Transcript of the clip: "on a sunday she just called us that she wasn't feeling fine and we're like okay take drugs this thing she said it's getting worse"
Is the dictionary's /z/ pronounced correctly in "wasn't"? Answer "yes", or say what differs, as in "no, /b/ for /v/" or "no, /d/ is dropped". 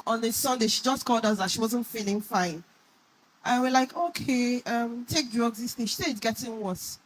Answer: yes